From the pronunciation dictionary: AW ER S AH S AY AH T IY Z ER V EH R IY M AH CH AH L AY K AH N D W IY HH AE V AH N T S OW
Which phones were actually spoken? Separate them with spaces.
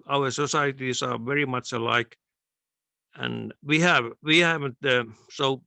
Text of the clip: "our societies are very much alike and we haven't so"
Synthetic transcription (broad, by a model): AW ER S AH S AY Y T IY S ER V EH R IY M AH CH AH L AY K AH N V W IY HH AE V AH N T S OW